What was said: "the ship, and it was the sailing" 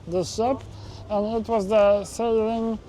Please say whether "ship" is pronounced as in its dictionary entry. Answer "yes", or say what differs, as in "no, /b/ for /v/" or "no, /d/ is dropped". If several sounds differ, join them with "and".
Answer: no, /s/ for /ʃ/